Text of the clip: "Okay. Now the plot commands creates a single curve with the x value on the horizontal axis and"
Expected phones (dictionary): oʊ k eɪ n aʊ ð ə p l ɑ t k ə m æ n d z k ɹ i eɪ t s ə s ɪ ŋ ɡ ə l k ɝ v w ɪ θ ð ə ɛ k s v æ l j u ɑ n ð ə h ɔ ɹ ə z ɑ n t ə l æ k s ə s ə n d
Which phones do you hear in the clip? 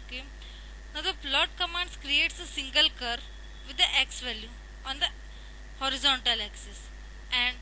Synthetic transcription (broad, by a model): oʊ k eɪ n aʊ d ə p l ɑ t k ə m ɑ n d s k ɹ i eɪ t s ə s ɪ ŋ ɡ ə l k ɝ v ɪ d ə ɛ k s v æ l j u ɑ n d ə h ɔ ɹ ə z ɑ n t ə l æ k s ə s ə n d